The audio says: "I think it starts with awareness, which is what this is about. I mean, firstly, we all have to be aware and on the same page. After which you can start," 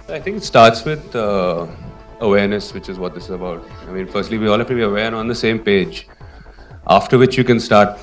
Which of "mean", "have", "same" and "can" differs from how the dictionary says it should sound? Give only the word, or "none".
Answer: have